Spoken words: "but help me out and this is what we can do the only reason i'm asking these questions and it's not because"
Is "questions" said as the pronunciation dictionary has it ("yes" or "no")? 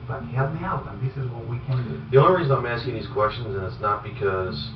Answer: yes